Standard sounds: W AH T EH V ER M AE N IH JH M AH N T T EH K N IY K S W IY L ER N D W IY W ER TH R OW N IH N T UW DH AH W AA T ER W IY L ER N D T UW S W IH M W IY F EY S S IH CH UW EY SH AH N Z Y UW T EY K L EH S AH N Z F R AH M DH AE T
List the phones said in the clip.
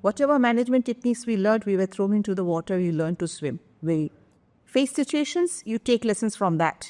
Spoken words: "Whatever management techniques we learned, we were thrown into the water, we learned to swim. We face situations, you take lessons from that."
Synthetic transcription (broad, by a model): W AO T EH V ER M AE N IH JH M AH N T T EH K N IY K S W IY L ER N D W IY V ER T R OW IH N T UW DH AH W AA T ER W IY L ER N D T UW S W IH M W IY F EY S S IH CH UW EY SH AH N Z Y UW T EY K L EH S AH N S F R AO M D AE T